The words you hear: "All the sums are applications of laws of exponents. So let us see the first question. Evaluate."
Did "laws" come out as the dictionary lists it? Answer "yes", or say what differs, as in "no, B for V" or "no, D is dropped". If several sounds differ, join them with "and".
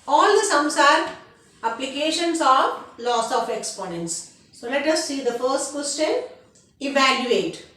no, S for Z